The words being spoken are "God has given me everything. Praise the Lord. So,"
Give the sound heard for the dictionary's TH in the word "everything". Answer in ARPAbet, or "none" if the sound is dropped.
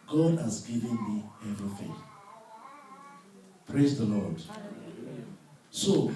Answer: F